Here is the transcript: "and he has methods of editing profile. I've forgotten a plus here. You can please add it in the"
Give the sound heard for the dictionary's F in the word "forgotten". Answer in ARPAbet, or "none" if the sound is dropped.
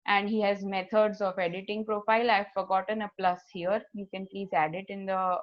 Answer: F